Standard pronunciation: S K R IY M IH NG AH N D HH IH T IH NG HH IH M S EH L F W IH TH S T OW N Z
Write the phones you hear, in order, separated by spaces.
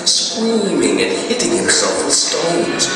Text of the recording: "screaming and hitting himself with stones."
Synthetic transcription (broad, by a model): S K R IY M IH NG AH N HH IH T IH NG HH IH S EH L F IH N S T OW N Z